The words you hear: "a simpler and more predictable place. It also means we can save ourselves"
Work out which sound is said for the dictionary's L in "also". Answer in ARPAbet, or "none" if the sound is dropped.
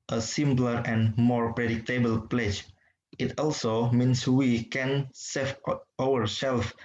L